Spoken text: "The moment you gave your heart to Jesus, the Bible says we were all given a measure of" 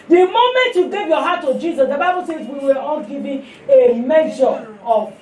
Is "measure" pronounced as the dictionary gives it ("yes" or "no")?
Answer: no